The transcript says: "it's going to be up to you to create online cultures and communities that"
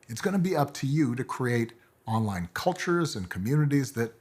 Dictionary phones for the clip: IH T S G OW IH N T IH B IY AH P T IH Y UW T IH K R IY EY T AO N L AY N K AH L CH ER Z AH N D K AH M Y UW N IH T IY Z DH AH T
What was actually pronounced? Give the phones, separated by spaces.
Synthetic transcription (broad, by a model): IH T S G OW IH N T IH B IY AH P T IH Y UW T IH K R IY EY T AO N L AY N K AH L CH ER Z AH N K AH M Y UW N IH T IY Z DH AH T